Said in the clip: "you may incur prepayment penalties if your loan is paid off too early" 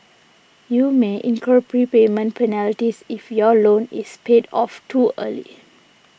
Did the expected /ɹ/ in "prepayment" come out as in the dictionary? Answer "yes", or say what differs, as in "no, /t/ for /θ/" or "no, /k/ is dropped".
yes